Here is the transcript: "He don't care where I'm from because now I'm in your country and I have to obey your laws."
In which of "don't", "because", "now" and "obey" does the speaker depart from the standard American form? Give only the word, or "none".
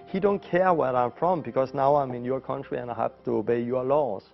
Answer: because